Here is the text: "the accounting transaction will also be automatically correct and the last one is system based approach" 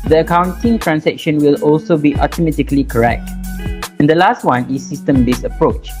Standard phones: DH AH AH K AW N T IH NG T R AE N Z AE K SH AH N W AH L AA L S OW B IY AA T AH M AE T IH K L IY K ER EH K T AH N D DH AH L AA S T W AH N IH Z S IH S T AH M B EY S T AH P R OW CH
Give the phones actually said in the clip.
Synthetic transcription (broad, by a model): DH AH AH K AW N T IH NG T R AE N S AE K SH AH N W AH L AA L S OW B IY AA T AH M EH T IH K L IY K ER EH K T AH N D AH L AA S T W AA N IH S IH S T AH M B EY S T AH P R OW CH